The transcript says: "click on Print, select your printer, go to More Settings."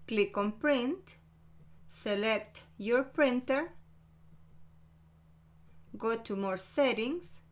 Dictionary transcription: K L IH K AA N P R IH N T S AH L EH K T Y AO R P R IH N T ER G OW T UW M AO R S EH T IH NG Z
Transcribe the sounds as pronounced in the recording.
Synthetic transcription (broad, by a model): K L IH K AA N P R IH N T S AH L EH K T Y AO R P R IH N T ER G OW T UW M AO R S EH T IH NG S